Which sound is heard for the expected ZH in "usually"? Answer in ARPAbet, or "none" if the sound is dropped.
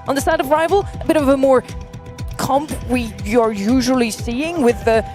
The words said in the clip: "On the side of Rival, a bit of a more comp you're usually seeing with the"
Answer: ZH